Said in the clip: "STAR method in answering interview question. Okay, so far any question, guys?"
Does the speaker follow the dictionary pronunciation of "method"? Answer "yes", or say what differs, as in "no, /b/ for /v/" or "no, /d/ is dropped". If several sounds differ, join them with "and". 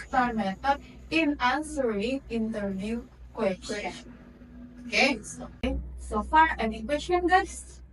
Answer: no, /t/ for /θ/ and /d/ is dropped